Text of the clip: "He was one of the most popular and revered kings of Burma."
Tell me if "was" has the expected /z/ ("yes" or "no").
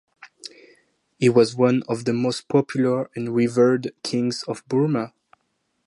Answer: yes